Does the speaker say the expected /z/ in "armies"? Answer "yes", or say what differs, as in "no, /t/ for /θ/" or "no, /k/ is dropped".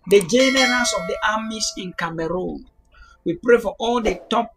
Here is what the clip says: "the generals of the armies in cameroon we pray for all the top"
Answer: no, /s/ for /z/